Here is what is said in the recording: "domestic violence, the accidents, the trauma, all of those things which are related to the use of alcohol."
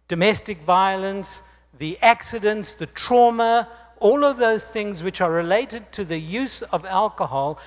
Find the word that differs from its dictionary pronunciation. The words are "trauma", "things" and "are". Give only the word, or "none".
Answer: none